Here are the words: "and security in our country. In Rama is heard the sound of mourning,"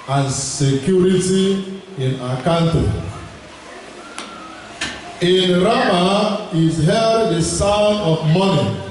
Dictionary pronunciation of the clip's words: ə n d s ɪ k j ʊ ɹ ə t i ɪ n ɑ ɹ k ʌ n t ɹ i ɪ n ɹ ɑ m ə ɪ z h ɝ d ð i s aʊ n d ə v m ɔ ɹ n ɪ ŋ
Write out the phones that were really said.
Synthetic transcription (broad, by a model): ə n s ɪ k j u ɹ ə t i ɪ n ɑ k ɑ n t i ɪ n ɹ ɑ m ə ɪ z h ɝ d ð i s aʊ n ə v m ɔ n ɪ